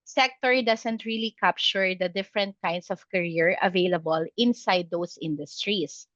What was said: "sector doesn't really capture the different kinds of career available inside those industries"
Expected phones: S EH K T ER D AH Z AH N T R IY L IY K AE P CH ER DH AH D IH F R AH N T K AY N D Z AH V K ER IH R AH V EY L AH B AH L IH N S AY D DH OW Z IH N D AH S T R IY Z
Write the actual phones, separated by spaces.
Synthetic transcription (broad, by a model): S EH K T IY D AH S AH N T R IY L IY K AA P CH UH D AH D IH F R AH N T K AY N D S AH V K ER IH R AH V EY L AH B AH L IH N S AY D OW S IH N D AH S T R IY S